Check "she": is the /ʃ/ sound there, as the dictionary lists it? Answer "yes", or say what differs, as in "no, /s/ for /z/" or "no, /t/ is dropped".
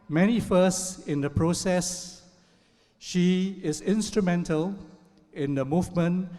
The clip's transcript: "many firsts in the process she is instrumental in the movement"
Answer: yes